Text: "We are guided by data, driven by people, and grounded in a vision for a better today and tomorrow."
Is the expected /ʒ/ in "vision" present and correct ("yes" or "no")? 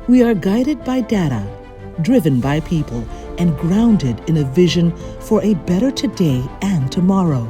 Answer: yes